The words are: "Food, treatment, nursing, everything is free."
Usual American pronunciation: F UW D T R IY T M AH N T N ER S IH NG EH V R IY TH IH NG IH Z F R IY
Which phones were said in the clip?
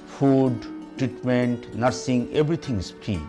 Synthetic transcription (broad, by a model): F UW D T R IY T M AH N T N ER S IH NG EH B R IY T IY NG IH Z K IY